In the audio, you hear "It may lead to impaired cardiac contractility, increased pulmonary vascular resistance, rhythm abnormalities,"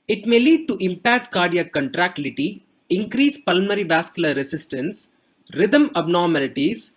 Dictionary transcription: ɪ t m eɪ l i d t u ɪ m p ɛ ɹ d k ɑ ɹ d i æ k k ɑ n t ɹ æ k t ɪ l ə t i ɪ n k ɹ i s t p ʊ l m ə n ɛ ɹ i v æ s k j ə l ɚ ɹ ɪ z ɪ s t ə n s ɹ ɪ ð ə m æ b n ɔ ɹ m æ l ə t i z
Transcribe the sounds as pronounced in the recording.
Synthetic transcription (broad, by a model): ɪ t m eɪ l i d t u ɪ m p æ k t k ɑ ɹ d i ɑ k k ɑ n t ɹ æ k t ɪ l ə t i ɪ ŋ k ɹ i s p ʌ l m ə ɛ ɹ i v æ s k j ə l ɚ ɹ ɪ s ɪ s t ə n s ɹ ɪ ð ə m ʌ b n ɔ ɹ m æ l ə t i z